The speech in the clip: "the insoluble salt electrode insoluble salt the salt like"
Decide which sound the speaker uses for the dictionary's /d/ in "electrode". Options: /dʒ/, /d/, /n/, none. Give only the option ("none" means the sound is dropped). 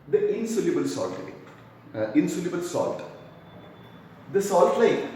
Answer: none